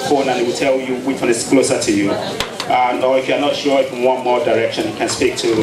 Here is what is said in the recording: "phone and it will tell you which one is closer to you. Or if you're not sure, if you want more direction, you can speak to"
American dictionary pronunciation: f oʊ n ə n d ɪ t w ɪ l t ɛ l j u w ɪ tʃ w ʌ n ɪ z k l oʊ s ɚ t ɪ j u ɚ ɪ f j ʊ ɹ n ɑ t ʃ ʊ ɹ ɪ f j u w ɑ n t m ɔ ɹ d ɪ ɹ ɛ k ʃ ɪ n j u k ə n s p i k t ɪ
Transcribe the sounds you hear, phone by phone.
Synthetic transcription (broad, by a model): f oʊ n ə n ɪ t w ɪ l t ɛ l j u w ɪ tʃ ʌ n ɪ s k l oʊ s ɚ t ɪ j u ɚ ɪ f j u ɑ n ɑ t ʃ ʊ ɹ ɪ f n w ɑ n m ɔ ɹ d ɪ ɹ ɛ k ʃ ɪ n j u k ə n s p i k t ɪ